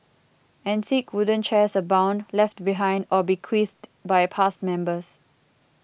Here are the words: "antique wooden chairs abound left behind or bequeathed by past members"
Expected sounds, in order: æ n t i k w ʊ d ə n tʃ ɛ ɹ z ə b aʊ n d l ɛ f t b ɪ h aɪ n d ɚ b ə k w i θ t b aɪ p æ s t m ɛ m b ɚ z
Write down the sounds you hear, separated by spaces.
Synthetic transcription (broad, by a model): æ n s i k w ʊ d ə n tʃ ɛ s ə b aʊ n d l ɛ f t b ɪ h aɪ n d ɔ b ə k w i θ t b aɪ p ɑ s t m ɛ m b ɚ s